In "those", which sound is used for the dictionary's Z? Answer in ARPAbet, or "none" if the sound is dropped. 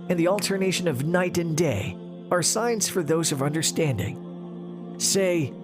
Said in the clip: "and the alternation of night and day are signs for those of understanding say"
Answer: Z